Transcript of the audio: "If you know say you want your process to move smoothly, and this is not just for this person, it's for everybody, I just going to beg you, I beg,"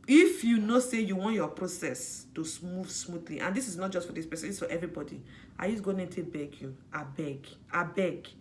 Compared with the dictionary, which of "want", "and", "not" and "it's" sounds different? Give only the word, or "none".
it's